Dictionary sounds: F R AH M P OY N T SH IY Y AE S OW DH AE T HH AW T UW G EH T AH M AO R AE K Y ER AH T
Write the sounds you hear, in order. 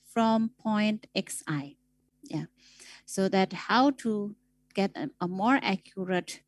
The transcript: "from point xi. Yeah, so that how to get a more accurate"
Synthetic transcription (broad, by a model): F R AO M P OY N T S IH Y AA S OW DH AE T HH AW T UW G EH T AH M AO R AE K Y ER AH T